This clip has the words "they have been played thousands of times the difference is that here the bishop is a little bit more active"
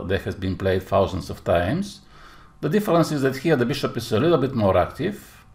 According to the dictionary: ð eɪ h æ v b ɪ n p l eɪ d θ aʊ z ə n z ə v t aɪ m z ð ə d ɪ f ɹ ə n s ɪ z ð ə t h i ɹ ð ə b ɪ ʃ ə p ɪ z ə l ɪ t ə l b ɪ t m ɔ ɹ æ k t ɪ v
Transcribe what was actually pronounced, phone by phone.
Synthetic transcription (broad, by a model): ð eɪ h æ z b ɪ n p l eɪ d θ aʊ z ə n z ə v t aɪ m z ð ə d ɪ f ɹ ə n s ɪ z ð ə t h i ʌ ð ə b ɪ ʃ ə p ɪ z ə l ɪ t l b ɪ t m ɔ ɹ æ k t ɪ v